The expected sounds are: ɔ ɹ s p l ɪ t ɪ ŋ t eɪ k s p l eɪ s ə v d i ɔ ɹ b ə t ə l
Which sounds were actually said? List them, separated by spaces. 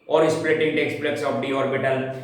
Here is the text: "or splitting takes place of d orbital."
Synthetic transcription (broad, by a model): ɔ ɹ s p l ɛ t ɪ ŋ t eɪ k s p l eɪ s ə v d i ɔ ɹ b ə t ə l